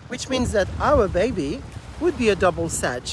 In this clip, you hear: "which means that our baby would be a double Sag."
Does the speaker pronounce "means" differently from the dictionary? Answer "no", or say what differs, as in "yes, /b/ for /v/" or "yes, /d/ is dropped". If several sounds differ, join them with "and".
no